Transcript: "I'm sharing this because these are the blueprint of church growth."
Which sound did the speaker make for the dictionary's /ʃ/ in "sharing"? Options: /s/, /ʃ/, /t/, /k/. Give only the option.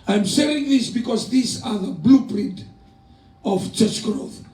/s/